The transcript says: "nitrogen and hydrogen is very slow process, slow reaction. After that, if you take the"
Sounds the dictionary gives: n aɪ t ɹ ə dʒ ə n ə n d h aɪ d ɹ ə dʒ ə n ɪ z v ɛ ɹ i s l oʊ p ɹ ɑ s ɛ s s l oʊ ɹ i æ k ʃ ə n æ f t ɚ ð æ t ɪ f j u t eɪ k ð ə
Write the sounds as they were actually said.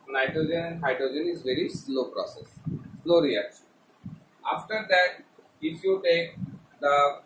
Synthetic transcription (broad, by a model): n aɪ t ɹ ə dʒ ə n ə n d h aɪ d ɹ ə dʒ ə n ɪ z v ɛ ɹ i s l oʊ p ɹ ɑ s ɛ s s l oʊ ɹ i æ k ʃ ə n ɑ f t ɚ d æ t ɪ f j u t eɪ k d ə